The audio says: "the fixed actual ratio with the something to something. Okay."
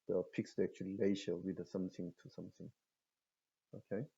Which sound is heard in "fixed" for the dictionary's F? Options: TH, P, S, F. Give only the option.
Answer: P